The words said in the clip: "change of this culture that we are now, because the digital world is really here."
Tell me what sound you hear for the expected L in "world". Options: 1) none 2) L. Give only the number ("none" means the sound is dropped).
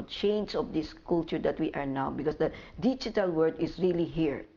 1